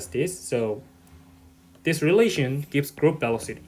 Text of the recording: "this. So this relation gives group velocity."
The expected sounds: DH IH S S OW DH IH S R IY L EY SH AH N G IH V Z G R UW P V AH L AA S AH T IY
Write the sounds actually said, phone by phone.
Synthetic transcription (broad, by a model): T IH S S OW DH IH S R IY L EY SH AH N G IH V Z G R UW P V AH L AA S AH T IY